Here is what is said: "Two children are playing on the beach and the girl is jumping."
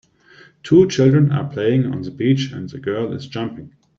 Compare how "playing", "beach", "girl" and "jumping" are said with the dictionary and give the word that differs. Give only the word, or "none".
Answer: none